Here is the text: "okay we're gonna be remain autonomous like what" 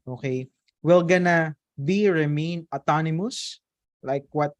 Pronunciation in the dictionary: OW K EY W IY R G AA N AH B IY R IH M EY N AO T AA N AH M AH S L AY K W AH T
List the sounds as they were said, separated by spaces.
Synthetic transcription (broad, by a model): OW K EY W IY L G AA N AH B IY R IH M EY N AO T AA N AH M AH S L AY K W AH T